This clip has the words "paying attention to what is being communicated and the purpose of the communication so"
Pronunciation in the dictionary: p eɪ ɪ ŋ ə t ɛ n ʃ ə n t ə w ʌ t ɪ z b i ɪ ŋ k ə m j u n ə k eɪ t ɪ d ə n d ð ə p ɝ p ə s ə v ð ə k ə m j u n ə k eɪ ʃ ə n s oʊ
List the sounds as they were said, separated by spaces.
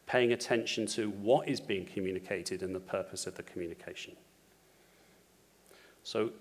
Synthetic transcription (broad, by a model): p eɪ ɪ ŋ ə t ɛ n ʃ ə n t ə w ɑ t ɪ z b i ɪ ŋ k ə m j u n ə k eɪ t ɪ d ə n ð ə p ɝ p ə s ə v ð ə k ə m j u n ə k eɪ ʃ ə n s oʊ